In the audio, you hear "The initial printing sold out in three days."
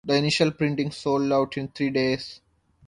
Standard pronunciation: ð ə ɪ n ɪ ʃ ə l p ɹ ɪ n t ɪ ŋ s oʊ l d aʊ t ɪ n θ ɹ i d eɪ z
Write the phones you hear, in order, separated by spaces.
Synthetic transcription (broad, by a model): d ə ɪ n ɪ ʃ ə l p ɹ ɪ n t ɪ ŋ s oʊ l d aʊ t ɪ n t ɹ i d eɪ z